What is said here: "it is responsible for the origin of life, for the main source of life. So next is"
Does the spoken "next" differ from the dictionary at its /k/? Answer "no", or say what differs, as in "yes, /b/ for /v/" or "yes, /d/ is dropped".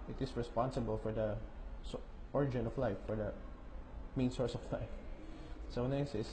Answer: yes, /k/ is dropped